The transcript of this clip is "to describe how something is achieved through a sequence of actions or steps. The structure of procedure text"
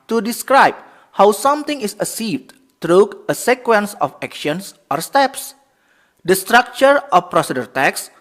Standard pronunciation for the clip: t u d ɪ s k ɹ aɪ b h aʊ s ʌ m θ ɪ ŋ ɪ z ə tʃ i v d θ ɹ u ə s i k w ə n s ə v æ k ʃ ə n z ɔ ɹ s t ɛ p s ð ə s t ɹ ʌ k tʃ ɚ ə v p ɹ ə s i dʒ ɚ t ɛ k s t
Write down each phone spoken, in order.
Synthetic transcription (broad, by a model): t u d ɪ s k ɹ aɪ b h aʊ s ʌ m t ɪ ŋ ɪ s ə s i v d t ɹ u ə s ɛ k w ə n s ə f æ k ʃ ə n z ɔ ɹ s t ɛ p s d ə s t ɹ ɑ k tʃ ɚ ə f p ɹ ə s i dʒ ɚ t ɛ k s